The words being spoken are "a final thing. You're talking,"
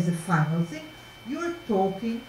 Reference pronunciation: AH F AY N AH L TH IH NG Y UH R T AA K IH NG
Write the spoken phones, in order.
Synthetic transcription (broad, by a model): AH F AY N AH L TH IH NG Y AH R T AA K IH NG